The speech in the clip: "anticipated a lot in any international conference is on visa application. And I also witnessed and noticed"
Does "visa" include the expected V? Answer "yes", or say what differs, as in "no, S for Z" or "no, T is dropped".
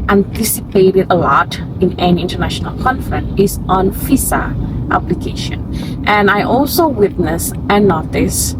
no, F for V